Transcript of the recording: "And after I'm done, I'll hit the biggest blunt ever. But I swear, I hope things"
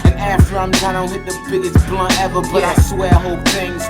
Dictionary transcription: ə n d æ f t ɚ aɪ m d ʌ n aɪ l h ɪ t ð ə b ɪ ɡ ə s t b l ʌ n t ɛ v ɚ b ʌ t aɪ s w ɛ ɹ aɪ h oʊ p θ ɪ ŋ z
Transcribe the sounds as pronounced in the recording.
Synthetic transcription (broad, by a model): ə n æ f t ɚ aɪ m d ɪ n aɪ n h ɪ t ð ə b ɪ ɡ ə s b l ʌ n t ɛ v ɚ b ʌ t aɪ s w ɛ ɹ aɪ h oʊ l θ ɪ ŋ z